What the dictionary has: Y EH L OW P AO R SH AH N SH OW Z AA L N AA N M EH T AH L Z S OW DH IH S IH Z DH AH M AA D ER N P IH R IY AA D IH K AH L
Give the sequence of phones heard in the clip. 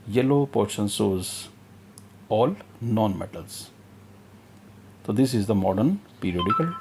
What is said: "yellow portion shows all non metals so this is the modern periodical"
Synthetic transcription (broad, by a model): Y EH L OW P AO R SH AH N S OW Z AA L N AA N M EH T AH L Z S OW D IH S IH Z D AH M AA D ER N P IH R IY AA D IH K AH L